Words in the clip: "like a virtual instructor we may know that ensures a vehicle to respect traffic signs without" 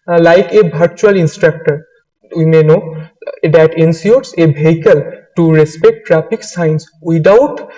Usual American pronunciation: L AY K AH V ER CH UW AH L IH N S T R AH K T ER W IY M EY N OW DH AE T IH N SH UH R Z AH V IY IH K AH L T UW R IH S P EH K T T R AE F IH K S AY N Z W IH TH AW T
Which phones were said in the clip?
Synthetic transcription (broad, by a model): L AY K AH B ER CH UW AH L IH N S T R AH K T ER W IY M EY N OW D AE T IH N S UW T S AH B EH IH K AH L T UW R IH S P EH K T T R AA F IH K S AY N S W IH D AW T